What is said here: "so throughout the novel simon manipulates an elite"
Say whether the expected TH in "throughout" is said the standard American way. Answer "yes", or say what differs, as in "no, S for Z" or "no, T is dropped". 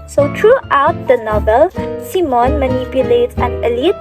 no, T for TH